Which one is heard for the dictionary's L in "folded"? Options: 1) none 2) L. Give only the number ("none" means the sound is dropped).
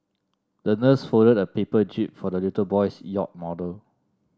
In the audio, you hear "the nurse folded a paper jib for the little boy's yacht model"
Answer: 1